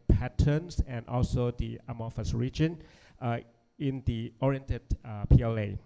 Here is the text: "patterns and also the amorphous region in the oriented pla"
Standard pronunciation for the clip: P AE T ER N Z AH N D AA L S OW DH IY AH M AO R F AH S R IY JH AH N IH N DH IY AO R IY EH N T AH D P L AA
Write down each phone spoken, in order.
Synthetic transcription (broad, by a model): P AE T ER N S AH N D AA L S OW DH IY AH M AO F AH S R IY JH AH N IH N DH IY AO R IY EH N T AH D P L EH